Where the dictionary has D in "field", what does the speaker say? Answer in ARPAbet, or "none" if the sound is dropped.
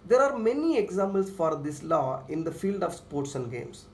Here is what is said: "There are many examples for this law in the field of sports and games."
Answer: D